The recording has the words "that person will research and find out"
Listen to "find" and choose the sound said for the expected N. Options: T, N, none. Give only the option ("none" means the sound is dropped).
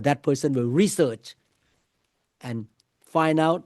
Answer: N